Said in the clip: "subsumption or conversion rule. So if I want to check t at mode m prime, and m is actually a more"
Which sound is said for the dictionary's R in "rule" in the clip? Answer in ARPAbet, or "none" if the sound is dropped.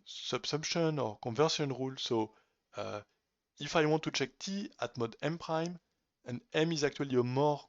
R